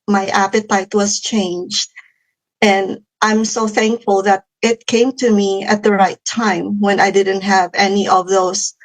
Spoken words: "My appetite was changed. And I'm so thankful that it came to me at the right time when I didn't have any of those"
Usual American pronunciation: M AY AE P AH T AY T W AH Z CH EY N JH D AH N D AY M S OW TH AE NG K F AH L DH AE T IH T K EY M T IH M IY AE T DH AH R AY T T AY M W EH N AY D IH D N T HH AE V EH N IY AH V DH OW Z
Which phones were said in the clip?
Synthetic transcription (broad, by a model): M AY AE P AH T AY T W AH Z CH EY N JH D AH N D AY M S OW TH AE NG K F AH L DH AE T IH T K EY M T IH M IY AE T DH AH R AY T T AY M W EH N AY D IH D N T HH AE V EH N IY AH V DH OW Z